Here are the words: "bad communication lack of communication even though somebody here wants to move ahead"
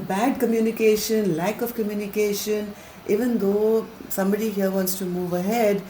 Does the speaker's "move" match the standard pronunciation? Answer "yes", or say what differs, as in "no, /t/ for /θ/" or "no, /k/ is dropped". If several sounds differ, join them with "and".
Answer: yes